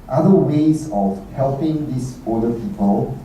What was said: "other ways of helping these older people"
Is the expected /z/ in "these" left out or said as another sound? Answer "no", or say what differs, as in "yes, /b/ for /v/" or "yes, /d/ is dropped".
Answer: yes, /s/ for /z/